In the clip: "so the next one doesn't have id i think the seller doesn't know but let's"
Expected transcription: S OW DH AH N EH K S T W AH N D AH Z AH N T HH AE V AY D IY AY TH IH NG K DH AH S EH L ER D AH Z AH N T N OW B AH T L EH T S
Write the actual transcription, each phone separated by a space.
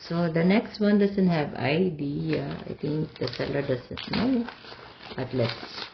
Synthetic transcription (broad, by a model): S OW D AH N EH K S T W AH N D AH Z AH N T HH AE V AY D IY AY T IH NG K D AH S EH L ER D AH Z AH N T N OW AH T L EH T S